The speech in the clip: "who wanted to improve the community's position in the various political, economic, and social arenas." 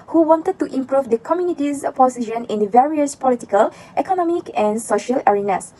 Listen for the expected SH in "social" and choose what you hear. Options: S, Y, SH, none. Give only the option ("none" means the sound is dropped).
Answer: SH